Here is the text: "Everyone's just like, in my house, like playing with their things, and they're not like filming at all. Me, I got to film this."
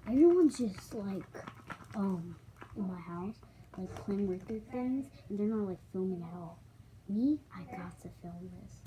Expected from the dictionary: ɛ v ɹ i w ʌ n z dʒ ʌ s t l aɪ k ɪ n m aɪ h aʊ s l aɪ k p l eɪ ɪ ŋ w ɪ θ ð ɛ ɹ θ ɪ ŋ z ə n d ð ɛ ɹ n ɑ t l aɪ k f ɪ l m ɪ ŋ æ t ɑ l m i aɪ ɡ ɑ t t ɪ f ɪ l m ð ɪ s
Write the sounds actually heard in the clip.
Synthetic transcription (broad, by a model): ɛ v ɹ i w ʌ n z dʒ ʌ s t l aɪ k ɪ n m aɪ h aʊ s l aɪ k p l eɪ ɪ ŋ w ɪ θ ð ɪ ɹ θ ɪ ŋ z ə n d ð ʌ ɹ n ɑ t l aɪ k f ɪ l m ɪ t ɑ l m i aɪ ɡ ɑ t t ɪ f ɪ l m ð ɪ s